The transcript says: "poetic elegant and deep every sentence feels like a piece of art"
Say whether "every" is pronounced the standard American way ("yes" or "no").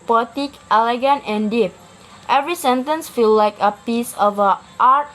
yes